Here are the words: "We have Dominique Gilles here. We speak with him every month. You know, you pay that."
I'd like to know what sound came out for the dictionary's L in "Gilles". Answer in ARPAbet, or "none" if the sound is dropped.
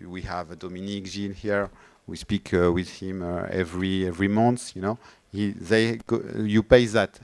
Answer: N